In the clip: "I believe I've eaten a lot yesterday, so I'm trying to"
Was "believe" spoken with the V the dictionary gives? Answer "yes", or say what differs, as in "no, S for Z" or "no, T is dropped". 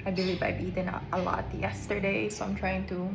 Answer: no, B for V